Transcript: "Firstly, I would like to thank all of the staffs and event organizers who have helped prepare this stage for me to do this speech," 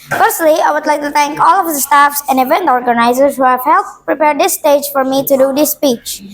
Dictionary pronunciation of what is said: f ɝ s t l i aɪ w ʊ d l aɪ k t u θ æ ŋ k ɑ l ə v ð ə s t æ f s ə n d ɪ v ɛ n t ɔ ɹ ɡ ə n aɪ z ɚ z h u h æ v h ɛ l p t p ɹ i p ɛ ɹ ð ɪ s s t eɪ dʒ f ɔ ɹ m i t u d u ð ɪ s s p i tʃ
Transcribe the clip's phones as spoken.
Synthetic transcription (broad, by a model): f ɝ s t l i aɪ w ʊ d l aɪ k t u t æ ŋ k ɑ l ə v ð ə s t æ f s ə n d ɪ v ɛ n t ɔ ɹ ɡ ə n aɪ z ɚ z h u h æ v h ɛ l t p ɹ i p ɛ ɹ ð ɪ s s t eɪ dʒ f ɔ ɹ m i t u d u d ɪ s s p i tʃ